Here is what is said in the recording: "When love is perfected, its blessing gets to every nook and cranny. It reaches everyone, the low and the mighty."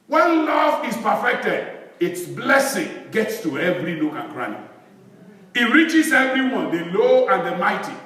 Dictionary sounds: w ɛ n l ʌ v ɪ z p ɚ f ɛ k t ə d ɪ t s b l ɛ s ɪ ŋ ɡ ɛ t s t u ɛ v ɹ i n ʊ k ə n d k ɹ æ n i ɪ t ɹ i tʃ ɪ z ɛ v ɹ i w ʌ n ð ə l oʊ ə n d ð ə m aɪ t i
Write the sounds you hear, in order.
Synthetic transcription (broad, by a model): w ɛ n l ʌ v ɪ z p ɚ f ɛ k t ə d ɪ t s b l ɛ s ɪ ŋ ɡ ɛ t s t u ɛ v ɹ i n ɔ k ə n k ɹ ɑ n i ɪ t ɹ i tʃ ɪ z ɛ v ɹ i w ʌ n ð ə l oʊ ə n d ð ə m aɪ t i